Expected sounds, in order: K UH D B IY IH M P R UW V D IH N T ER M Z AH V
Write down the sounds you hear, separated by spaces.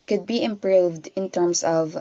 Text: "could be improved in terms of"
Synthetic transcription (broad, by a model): K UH D B IY IH M P R UW V D IH N T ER M S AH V